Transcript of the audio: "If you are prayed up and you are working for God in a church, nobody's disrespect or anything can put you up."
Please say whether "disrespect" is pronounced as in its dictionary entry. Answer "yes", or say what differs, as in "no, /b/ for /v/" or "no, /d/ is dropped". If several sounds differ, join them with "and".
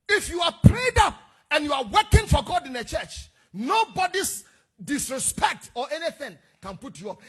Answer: yes